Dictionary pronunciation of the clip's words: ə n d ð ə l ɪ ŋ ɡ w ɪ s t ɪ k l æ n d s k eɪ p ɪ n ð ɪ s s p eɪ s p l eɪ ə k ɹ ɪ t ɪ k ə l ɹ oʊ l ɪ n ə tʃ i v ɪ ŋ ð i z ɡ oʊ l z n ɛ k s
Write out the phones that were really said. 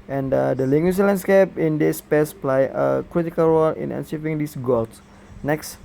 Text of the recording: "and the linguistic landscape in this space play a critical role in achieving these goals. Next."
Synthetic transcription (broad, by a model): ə n d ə l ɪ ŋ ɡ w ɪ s l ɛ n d s k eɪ p ɪ n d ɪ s s p eɪ s p l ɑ ə k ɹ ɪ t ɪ k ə l ɹ oʊ l ɪ n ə s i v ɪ ŋ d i s ɡ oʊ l s n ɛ k s